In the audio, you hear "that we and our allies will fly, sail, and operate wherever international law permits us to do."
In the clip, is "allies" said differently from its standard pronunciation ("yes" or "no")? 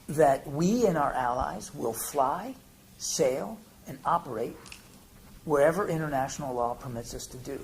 no